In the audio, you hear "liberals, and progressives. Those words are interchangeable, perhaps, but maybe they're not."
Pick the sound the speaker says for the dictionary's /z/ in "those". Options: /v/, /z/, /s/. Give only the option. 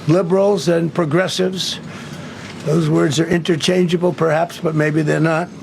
/z/